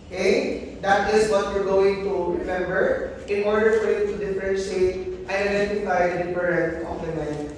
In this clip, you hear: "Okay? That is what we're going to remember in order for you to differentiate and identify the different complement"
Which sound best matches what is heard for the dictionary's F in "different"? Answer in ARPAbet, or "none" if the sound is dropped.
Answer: none